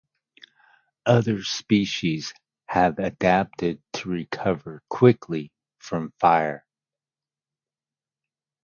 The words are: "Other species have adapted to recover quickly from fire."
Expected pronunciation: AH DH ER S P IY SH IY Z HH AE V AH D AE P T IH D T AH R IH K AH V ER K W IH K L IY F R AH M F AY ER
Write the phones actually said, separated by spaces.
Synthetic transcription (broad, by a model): AH DH ER S P IY SH IY Z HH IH V AH D AE P T IH D T AH R IH K AH V ER K W IH K L IY F R AH M F AY ER